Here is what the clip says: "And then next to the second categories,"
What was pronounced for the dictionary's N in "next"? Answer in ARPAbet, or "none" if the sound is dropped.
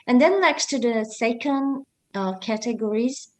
L